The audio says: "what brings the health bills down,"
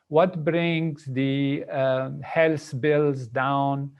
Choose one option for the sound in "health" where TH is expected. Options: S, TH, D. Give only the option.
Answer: S